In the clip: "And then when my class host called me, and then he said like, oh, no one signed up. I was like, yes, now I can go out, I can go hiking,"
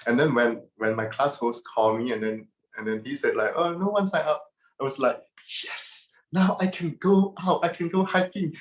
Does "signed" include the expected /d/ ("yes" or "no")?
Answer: no